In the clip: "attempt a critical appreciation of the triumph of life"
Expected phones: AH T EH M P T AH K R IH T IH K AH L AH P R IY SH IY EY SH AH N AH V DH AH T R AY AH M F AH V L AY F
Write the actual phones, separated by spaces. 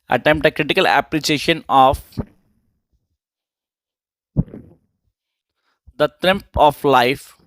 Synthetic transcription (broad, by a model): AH T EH M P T AH K R IH T IH K AH L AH P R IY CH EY SH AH N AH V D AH T R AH M P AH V L AY F